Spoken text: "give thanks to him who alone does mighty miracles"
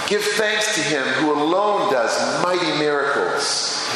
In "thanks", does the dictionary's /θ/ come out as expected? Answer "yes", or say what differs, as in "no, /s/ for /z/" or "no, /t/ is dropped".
yes